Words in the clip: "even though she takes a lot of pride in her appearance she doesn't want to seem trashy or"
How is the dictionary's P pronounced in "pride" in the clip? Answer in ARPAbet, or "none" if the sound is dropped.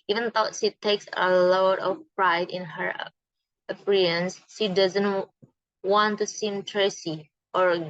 P